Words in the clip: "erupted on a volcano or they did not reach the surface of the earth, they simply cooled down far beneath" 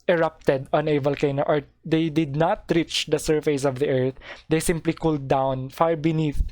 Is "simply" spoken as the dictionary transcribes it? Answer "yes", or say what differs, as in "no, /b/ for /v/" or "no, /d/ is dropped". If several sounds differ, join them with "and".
yes